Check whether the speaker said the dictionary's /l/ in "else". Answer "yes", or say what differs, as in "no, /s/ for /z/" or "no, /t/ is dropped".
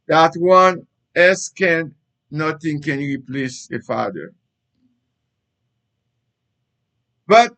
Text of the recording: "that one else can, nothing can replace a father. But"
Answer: no, /l/ is dropped